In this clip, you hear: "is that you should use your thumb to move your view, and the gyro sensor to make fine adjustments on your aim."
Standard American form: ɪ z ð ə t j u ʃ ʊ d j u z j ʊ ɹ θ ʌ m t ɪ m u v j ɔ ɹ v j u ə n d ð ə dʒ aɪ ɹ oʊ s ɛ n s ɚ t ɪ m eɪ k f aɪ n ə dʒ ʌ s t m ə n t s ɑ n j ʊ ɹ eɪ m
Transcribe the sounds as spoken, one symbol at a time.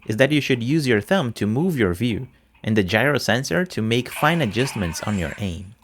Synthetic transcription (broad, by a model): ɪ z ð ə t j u ʃ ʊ d j u z j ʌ ɹ θ ʌ m t ɪ m u v j ɔ ɹ v j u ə n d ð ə dʒ aɪ ɹ oʊ s ɛ n s ɚ t ɪ m eɪ k f aɪ n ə dʒ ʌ s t m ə n t s n j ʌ ɹ eɪ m